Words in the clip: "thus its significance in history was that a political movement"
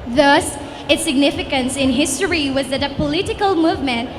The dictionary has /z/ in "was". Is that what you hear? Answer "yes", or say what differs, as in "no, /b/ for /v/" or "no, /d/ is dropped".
yes